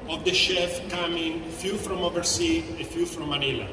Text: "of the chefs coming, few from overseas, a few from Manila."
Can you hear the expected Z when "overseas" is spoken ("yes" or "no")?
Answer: no